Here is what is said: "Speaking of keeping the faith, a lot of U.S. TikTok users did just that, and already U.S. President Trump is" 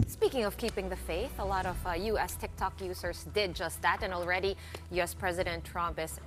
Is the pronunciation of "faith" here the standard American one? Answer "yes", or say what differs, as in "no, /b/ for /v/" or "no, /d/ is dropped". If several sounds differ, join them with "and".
yes